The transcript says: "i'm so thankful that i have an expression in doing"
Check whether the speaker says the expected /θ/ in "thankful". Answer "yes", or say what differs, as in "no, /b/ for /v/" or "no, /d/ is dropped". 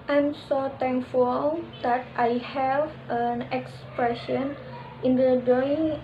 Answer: no, /t/ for /θ/